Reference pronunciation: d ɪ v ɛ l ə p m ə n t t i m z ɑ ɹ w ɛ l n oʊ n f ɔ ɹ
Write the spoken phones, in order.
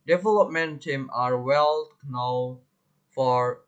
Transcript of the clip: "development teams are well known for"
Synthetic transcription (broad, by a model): d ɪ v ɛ l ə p m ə n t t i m ɑ ɹ w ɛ l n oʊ f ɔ ɹ